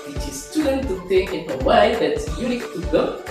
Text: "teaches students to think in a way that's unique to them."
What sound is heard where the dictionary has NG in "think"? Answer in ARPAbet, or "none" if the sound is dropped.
none